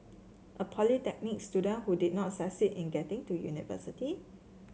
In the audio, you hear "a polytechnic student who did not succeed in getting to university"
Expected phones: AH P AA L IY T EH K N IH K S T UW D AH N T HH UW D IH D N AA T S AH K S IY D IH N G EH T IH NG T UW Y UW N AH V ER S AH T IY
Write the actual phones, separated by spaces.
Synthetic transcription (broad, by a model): AH P AA L IY T EH K N IH K S T UW D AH N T HH UW D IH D N AA T S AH S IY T IH N G EH T IH NG T UW Y UW N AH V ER S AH T IY